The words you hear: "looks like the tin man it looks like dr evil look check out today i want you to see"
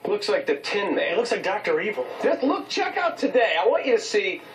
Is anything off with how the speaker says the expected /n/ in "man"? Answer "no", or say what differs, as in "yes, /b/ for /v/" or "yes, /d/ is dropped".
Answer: yes, /n/ is dropped